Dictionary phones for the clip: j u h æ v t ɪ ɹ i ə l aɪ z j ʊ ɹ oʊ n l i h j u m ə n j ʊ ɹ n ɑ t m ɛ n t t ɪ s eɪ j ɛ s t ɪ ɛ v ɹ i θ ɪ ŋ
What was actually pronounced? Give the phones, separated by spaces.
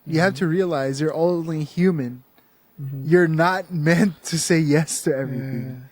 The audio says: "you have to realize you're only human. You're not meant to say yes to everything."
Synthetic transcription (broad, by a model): j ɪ h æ f t ɪ ɹ i ə l aɪ z j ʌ ɹ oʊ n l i h j u m ə n j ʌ ɹ n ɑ t m ɛ n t t ɪ s eɪ j ɛ s t ɪ ɛ v ɹ i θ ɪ ŋ